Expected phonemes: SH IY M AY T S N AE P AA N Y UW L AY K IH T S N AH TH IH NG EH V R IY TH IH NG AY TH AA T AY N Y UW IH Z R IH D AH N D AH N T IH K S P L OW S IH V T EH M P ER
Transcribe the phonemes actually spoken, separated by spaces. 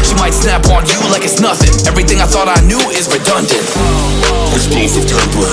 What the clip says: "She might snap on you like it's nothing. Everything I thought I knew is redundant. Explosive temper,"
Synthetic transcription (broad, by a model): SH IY M AY T S N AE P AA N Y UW L AY K IH T S N AH TH IH NG EH V R IY TH IH NG AY TH AA T AY N Y UW IH Z R IH D AH N D AH N T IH S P EH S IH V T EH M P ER